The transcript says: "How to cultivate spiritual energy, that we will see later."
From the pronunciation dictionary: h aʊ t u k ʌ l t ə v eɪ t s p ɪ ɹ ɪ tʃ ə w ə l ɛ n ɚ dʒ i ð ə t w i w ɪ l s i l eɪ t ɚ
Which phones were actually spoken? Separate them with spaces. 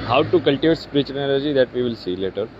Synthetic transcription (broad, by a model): h aʊ t u k ʌ l t ə v eɪ t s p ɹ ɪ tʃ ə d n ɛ l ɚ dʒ i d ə t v i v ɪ l s i l eɪ t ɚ